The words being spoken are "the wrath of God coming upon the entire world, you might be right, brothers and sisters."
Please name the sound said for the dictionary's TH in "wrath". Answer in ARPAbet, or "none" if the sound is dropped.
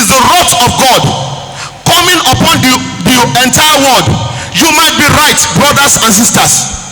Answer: T